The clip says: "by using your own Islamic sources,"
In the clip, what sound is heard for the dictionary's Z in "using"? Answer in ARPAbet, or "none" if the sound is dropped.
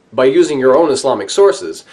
Z